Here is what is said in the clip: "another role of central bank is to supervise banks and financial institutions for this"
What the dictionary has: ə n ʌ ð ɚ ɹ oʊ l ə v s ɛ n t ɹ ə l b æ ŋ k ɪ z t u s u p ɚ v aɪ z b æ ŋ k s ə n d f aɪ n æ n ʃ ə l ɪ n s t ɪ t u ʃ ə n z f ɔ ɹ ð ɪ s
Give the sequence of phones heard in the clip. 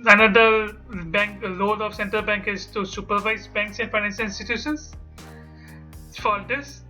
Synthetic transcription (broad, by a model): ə n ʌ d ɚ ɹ oʊ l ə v s ɛ n t ɹ ə l b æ ŋ k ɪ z t u s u p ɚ v aɪ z b æ ŋ k s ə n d f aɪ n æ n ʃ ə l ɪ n s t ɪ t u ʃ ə n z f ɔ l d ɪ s